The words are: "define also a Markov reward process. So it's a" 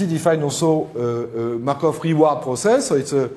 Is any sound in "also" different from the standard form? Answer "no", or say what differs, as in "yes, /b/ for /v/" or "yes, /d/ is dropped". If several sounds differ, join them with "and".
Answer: yes, /l/ is dropped